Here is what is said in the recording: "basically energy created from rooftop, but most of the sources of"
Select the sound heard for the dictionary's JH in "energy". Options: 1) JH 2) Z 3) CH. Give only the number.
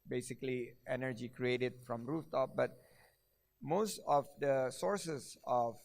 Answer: 1